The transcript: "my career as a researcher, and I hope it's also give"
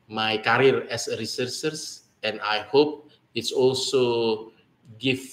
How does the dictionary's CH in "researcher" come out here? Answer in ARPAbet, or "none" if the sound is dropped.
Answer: S